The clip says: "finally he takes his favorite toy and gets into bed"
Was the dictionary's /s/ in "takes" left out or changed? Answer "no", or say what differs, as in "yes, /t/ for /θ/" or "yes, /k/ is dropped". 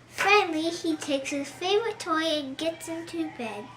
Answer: no